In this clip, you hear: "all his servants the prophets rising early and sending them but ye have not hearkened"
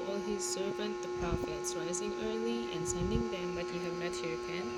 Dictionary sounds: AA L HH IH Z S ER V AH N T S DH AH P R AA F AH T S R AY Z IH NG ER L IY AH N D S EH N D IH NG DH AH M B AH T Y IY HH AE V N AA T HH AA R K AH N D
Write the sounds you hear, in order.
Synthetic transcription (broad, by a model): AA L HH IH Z S ER V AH N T DH AH P R AA F AH T S R AY Z IH NG ER L IY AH N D S EH N D IH NG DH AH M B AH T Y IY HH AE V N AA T HH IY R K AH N